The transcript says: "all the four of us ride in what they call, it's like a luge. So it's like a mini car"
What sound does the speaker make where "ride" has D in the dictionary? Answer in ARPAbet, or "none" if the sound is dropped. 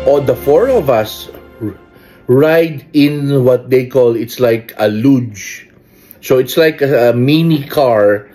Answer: D